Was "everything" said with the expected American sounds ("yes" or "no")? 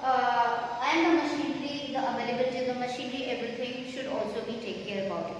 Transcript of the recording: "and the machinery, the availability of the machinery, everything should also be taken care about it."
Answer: no